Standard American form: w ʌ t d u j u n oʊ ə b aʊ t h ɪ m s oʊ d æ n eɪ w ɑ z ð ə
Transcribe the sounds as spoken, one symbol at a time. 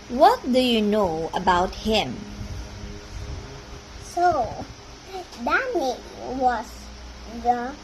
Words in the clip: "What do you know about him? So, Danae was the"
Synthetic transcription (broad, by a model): w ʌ t d u j u n oʊ ə b aʊ t h ɪ m s oʊ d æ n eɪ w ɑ s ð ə